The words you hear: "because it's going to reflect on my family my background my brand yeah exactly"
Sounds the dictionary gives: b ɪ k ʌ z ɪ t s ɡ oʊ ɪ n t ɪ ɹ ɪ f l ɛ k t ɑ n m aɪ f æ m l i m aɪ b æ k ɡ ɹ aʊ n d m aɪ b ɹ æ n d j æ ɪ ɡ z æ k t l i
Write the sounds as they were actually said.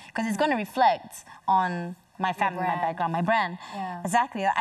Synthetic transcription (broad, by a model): k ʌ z ɪ t s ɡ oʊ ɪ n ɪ ɹ ɪ f l ɛ k t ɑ n m aɪ f æ m l i m aɪ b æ ɡ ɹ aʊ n m aɪ b ɹ æ n d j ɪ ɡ z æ k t l i